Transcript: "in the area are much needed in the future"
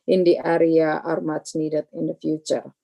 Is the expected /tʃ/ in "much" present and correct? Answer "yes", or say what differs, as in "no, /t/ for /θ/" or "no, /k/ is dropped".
no, /s/ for /tʃ/